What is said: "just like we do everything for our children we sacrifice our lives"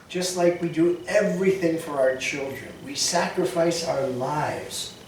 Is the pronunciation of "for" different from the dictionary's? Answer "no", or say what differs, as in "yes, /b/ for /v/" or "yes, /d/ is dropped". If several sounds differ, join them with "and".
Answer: no